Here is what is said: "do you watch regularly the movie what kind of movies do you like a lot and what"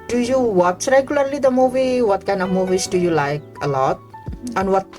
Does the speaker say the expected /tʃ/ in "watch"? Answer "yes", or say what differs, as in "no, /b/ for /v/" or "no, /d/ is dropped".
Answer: no, /s/ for /tʃ/